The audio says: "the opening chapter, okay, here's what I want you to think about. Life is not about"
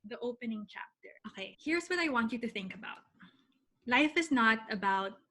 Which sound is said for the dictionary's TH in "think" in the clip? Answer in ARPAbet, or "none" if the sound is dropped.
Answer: TH